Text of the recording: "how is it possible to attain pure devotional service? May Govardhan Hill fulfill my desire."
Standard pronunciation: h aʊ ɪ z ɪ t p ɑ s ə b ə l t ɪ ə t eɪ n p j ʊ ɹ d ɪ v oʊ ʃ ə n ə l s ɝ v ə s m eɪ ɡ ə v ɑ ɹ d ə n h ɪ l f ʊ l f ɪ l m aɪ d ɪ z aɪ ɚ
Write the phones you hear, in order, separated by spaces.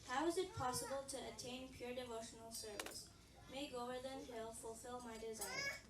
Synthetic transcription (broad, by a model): h aʊ ɪ z ɪ t p ɑ s ə b ə l t ɪ ə t eɪ n p j ʊ ɹ d ɪ v oʊ ʃ ə n ə l s ɝ v ə s m eɪ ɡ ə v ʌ ɹ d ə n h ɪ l f ʊ l f ɪ l m aɪ d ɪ z aɪ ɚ